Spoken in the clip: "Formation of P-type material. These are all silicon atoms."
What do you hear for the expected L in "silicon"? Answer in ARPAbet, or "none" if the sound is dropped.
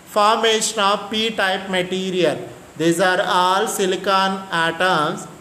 L